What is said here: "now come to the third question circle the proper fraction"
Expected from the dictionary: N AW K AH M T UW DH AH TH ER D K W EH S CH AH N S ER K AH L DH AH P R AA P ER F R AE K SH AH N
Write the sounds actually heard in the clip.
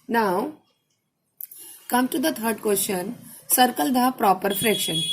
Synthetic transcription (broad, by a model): N AW K AH M T UW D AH T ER D K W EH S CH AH N S ER K AH L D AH P R AA P ER F R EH K SH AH N